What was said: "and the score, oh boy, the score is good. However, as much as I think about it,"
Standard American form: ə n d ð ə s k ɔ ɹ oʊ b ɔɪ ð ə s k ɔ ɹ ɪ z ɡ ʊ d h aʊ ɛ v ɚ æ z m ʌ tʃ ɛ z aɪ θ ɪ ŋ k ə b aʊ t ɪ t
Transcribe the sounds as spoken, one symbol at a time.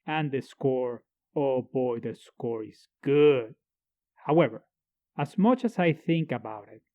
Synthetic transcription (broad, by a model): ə n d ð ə s k ɔ ɹ oʊ b ɔɪ ð ə s k ɔ ɹ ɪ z ɡ ʊ d h aʊ ɛ v ɚ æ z m ʌ tʃ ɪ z aɪ θ ɪ ŋ k ə b aʊ t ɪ t